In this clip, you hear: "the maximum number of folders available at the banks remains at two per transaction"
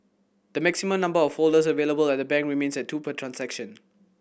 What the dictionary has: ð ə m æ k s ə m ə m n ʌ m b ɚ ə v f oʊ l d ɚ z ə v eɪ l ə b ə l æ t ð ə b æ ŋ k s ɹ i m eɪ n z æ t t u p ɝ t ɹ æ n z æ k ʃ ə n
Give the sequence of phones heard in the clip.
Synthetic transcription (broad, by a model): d ə m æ k s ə m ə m n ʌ m b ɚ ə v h oʊ l d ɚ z ə v eɪ l ə b ə l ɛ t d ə b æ ŋ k ɹ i m eɪ n s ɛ t t u p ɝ t ɹ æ n s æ k ʃ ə n